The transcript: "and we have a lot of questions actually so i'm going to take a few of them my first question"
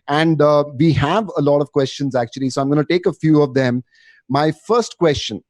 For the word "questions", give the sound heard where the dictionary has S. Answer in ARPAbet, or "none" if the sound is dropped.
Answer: S